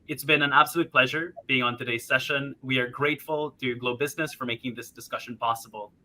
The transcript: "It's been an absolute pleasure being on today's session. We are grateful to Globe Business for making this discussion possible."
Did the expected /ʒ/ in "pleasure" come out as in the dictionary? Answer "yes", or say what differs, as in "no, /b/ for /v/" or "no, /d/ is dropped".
yes